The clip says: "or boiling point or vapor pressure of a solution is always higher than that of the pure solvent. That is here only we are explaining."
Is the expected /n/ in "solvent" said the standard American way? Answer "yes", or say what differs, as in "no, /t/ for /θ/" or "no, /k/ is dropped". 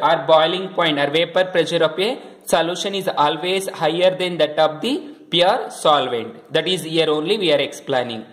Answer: yes